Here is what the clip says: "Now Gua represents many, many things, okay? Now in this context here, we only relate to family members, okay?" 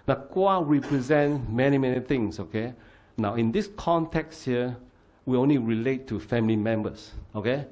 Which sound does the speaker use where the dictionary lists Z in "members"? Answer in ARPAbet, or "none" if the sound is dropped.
S